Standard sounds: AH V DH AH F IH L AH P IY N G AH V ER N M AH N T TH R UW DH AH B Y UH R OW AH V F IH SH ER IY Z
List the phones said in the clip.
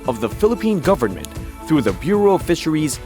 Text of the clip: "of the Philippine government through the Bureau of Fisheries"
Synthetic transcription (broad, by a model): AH V DH AH F IH L AH P IY N G AH V ER N M AH N T TH R UW DH AH B Y UH R OW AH F IH SH ER IY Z